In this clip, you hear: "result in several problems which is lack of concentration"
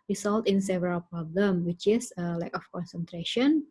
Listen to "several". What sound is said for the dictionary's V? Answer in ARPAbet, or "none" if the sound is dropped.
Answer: V